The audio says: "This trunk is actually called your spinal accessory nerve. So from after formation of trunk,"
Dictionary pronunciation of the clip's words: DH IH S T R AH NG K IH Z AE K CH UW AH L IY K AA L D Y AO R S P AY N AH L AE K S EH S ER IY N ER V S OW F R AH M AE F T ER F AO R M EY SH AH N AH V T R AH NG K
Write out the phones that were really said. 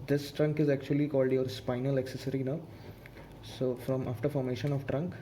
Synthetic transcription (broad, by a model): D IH S T R AH NG K IH Z AE K CH UW AH L IY K AA L D Y AO R S P AY N AH L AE K S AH S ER IY N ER S OW F R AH M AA F T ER F AO R M EY SH AH N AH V T R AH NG K